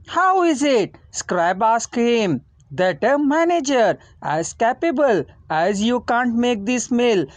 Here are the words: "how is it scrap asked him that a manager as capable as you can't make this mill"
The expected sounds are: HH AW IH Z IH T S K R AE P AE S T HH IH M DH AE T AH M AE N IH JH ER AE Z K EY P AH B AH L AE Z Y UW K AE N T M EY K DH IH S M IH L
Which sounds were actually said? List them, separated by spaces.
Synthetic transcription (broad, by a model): HH AW IH Z IH T S K R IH B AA S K HH IH M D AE T AH M AE N IH JH ER AE Z K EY P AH B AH L AE Z Y UW K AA N T M EY K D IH S M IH L